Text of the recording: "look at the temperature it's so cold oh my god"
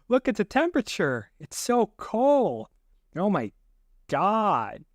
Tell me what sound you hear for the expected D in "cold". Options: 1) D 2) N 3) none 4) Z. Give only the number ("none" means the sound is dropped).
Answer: 3